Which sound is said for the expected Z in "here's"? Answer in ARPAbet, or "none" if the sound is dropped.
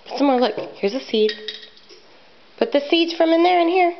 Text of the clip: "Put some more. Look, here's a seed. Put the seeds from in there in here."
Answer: Z